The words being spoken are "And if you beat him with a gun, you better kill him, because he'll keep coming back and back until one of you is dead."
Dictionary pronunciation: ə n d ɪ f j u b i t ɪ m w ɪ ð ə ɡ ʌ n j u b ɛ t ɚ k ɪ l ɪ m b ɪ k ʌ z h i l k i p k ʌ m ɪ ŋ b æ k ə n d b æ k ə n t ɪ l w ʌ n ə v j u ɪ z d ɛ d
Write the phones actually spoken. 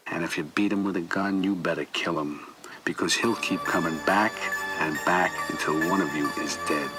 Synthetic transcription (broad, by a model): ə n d ɪ f j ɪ b i t ɪ m w ɪ ð ə ɡ ʌ n j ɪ b ɛ t ɚ k ɪ l ɪ m b ɪ k ʌ z h i l k i p k ʌ m ɪ ŋ b æ k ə n b æ k ə n t ɪ l w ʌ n ə v j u ɪ z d ɛ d